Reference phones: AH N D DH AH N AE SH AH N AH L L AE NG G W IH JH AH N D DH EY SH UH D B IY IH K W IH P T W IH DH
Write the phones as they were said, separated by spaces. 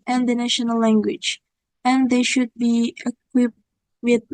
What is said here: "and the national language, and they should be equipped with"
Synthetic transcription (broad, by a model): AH N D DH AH N AE SH AH N AH L L AE NG G W IH JH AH N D DH EY SH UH D B IY IH K W IH P T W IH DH